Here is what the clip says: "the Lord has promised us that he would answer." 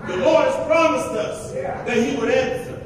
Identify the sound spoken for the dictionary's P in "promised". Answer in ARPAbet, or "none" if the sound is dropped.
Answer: P